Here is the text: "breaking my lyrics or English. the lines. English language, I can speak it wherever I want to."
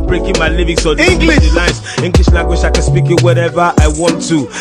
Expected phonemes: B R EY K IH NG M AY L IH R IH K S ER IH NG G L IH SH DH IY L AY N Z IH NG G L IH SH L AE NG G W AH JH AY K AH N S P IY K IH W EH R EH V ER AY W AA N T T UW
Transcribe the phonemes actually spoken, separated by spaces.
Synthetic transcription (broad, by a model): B R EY K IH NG M AY L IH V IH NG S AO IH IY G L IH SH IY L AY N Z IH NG G L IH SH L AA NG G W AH SH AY K AH N S P IY K IH W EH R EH V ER AY W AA N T T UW